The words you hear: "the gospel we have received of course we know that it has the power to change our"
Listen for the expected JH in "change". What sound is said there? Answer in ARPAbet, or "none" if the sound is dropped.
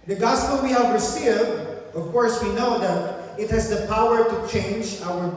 JH